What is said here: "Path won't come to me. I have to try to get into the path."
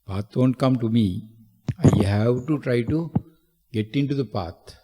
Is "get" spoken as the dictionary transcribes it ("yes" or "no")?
yes